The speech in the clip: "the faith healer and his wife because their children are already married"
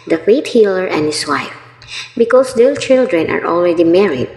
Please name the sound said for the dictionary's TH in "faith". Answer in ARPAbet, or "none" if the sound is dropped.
T